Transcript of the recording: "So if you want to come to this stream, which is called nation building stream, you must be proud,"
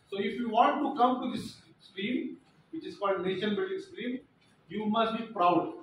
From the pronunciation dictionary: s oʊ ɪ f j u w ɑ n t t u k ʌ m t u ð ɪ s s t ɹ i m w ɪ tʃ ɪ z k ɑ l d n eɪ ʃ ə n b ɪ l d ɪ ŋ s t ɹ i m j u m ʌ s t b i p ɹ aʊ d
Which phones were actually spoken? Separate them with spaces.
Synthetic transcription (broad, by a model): s oʊ ɪ f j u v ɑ n t t u k ʌ m t u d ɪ s s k ɹ i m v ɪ tʃ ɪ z k ɑ l d n eɪ ʃ ə n b ɪ l d ɪ ŋ s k ɹ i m j u m ʌ s t b i p ɹ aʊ d